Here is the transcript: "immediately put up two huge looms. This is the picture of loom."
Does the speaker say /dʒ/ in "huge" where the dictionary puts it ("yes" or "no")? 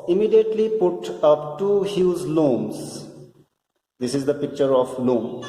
no